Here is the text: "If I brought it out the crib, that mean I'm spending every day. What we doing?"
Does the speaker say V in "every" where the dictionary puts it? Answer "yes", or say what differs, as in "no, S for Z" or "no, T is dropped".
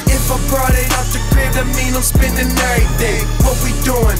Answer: no, V is dropped